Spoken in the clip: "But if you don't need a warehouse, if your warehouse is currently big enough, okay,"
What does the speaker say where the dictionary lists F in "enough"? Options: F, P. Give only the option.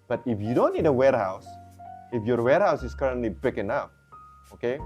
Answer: P